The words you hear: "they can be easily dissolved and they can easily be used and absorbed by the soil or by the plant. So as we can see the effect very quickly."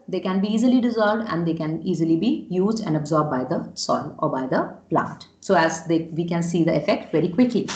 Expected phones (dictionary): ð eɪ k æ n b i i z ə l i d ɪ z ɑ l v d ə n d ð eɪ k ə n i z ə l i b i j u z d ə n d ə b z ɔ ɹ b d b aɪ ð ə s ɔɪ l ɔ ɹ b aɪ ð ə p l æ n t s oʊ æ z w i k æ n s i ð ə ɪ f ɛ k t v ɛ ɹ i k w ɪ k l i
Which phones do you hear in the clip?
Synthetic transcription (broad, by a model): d eɪ k æ n b i i z ə l i d ɪ z ɑ l v d ə n d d eɪ k ə n i z ə l i b i j u z d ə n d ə b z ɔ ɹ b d b aɪ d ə s ɔɪ l ɔ ɹ b aɪ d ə p l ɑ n t s oʊ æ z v i k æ n s i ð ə ɪ f ɛ k t v ɛ ɹ i k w ɪ k l i